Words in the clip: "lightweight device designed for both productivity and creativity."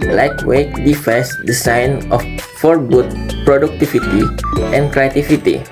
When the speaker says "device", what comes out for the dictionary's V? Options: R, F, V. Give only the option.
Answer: F